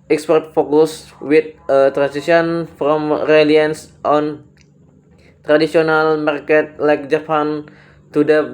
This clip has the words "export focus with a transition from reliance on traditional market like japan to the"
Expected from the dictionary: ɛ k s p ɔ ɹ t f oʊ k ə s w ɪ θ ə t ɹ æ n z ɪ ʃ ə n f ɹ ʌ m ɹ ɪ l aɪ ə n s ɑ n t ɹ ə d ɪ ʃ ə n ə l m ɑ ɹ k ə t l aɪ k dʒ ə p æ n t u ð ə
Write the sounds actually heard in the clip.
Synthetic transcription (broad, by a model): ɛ k s p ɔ ɹ t f oʊ k ə s w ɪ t ə t ɹ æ n s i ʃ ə n f ɹ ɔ m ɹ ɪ l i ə n s ɑ n t ɹ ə d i s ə n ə l m ɑ ɹ k ə t l aɪ k dʒ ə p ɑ n t u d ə